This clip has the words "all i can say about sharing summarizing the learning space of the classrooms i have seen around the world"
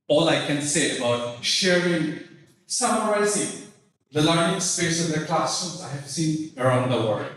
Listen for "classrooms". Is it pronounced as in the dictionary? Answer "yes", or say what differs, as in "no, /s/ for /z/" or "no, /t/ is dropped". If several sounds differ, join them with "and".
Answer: no, /ɹ/ is dropped